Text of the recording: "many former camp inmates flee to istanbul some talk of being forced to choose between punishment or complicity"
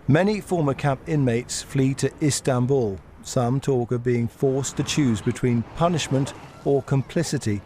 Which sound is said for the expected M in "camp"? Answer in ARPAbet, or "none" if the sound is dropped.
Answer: none